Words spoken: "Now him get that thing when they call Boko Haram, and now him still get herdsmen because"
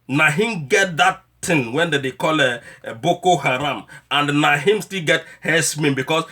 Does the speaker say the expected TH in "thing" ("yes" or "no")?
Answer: no